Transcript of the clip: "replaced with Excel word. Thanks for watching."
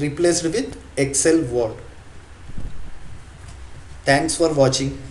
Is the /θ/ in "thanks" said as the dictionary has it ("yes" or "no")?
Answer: no